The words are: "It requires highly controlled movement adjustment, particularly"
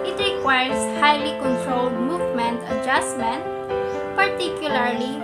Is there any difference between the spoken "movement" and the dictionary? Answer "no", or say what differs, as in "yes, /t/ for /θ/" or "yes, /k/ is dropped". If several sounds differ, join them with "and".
no